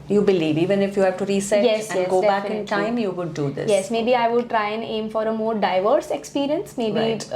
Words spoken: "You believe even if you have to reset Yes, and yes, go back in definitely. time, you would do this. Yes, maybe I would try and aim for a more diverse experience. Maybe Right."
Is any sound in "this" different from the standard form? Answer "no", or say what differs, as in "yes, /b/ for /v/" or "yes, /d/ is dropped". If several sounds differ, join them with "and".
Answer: yes, /s/ is dropped